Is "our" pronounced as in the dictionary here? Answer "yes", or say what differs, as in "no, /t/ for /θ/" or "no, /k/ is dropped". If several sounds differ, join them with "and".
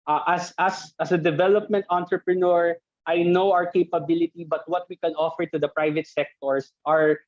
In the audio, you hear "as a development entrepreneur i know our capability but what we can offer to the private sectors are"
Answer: yes